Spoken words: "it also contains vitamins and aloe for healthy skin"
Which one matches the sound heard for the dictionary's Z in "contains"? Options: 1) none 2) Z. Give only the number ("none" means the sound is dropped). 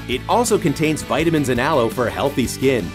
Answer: 2